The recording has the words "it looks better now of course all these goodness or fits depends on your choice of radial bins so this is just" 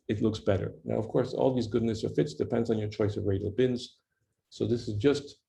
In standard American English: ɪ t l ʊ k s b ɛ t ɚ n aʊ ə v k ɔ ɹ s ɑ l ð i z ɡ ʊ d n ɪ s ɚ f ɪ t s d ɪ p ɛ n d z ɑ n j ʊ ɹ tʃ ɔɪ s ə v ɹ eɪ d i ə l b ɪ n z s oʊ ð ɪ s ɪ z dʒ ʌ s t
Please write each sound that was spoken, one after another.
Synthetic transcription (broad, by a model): ɪ t l ʊ k s b ɛ t ɚ n aʊ ə v k ɔ ɹ s ɑ l ð i z ɡ ʊ d n ɪ s ɚ f ɪ t s d ɪ p ɛ n d z n j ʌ ɹ tʃ ɔɪ s ə v ɹ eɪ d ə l b ɪ n z s oʊ ð ɪ s ɪ z dʒ ʌ s t